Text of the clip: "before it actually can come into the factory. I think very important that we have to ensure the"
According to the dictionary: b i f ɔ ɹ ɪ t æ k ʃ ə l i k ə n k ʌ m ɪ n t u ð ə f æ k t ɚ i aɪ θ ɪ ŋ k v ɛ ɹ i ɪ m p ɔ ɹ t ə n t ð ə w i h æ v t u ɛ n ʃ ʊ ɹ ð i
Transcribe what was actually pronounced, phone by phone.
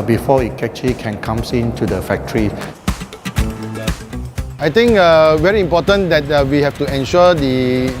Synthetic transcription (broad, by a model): b i f ɔ ɪ t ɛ k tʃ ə l i k ə n k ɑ m ɪ n t u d ə f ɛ k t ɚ i aɪ t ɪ ŋ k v ɛ ɹ i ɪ m p ɔ t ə n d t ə w i h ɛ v t u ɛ n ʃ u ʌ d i